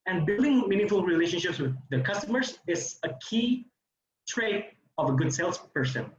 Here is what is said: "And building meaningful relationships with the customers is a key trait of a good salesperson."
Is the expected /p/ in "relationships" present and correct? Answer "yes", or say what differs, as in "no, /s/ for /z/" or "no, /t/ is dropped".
yes